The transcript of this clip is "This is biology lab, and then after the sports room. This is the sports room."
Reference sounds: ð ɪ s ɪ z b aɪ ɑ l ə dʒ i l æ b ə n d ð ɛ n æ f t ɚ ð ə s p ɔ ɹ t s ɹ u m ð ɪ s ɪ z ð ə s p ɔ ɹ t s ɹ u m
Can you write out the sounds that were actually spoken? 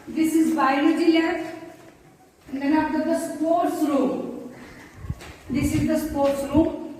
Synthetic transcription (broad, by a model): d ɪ s ɪ z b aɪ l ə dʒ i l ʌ ə n d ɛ n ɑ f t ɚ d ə s p ɔ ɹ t s ɹ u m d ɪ s ɪ z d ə s p ɔ ɹ t s ɹ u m